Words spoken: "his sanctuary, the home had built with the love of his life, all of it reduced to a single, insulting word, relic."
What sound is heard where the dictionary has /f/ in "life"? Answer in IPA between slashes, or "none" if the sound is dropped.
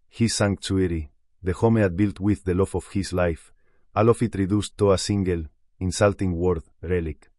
/f/